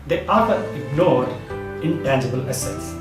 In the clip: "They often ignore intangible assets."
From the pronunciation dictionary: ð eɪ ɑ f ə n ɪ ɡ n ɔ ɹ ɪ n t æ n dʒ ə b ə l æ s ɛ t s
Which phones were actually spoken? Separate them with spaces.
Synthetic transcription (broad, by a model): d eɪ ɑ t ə ɪ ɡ n ɔ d ɪ n t æ n dʒ ə b ə l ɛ s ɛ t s